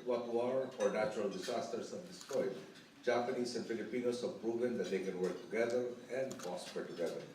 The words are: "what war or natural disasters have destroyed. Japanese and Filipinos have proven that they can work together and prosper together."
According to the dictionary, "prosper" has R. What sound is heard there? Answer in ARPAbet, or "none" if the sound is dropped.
none